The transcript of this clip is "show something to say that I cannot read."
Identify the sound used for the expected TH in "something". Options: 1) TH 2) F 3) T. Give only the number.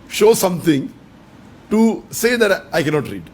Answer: 3